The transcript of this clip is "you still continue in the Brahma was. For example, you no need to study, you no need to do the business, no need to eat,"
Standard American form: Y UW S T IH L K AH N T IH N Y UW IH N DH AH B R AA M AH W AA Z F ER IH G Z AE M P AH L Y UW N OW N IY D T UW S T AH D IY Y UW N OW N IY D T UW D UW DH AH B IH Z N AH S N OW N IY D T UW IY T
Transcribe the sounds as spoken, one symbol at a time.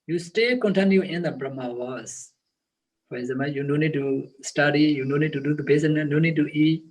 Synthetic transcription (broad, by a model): Y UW S T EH K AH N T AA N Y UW IH N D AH B R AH M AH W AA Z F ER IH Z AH M AH Y UW N OW N IY D T UW S T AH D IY Y UW N OW N IY D T UW D UW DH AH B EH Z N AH N OW N IY D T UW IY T